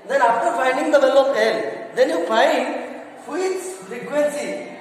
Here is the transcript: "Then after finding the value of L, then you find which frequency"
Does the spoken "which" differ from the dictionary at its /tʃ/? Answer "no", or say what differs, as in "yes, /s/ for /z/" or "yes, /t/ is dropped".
yes, /s/ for /tʃ/